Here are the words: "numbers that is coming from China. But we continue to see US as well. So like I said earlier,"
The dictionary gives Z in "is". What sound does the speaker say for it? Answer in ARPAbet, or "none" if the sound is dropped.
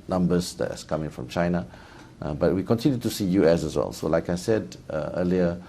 S